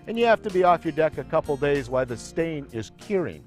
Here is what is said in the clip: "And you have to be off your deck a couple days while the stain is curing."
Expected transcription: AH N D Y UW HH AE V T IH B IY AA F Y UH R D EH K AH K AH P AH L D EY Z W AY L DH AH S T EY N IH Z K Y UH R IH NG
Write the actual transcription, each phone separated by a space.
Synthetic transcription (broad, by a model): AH N Y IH HH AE F T IH B IY AA F Y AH R D EH K AH K AH P L D EY Z W AY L DH AH S T EY N IH Z K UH R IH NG